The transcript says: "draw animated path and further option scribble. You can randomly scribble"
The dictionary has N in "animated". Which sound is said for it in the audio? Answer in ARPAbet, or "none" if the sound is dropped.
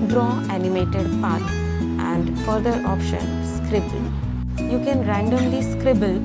N